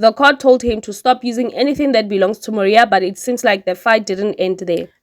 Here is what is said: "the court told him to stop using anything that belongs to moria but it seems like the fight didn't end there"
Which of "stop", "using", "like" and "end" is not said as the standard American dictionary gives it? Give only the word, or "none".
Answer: none